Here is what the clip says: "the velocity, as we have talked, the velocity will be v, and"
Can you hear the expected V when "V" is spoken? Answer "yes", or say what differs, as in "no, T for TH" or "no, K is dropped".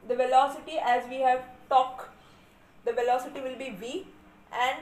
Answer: yes